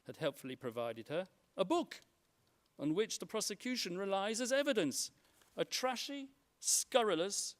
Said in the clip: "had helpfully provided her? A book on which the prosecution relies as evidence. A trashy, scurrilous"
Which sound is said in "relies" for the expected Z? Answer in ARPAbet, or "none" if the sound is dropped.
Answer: Z